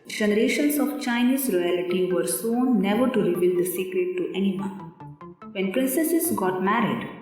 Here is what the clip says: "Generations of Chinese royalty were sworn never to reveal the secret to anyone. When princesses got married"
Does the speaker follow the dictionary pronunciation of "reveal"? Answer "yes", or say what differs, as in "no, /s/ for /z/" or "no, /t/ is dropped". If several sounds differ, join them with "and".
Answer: no, /b/ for /v/